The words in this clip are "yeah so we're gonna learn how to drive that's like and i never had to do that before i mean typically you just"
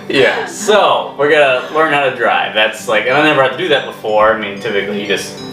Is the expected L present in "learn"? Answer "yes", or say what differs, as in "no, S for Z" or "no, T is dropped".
no, W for L